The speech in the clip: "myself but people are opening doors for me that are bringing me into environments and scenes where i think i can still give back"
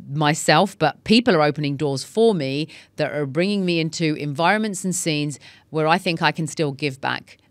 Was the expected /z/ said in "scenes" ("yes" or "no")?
yes